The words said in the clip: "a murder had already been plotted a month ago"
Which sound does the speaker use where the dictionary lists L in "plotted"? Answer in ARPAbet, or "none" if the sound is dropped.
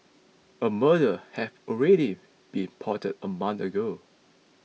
none